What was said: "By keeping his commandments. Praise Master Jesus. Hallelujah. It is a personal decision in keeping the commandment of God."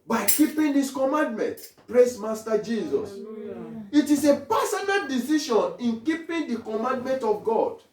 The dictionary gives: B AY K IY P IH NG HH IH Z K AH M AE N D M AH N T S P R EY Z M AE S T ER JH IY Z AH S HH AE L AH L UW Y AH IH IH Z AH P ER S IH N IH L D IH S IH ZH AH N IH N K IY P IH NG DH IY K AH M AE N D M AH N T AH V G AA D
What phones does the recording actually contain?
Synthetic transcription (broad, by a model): B AY K IY P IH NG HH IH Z K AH M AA N D M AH N T P R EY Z M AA S T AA JH IY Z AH S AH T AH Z AH P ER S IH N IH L D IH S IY SH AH N IH N K IY P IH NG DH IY K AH M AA N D M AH N T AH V G AA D